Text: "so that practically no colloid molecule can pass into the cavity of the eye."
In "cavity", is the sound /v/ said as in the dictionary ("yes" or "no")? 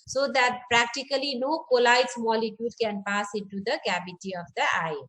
no